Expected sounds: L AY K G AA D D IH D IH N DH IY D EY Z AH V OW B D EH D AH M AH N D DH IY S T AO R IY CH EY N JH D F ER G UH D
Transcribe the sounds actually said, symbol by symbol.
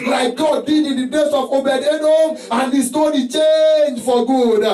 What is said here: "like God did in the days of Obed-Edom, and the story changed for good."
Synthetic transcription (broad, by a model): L AY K G AA D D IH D IH N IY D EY S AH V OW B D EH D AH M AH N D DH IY S T AO R IY CH EY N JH F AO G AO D